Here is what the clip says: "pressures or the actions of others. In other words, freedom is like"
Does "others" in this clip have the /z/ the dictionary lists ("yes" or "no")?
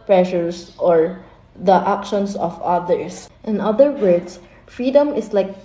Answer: no